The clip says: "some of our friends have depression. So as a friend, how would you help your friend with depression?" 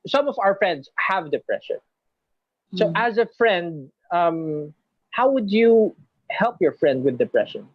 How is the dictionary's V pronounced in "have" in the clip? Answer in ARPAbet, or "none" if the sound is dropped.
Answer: V